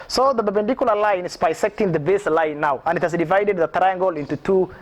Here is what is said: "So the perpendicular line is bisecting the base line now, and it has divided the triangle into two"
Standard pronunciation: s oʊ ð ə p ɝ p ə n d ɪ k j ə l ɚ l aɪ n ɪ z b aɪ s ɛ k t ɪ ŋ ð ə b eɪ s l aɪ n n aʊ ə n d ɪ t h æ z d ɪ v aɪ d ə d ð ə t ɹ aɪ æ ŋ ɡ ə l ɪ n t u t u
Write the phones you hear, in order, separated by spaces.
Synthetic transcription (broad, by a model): s oʊ ð ə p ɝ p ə n d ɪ k j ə l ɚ l aɪ n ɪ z b aɪ s ɛ k t ɪ ŋ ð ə b eɪ s l aɪ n n aʊ ə n d ɪ t h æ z d ɪ v aɪ d ə d ð ə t ɹ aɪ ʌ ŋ ɡ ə l ɪ n t u t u